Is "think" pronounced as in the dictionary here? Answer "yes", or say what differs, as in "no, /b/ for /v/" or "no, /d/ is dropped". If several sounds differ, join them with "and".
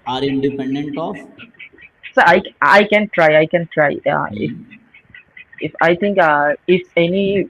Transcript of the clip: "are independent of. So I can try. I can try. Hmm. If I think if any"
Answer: no, /t/ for /θ/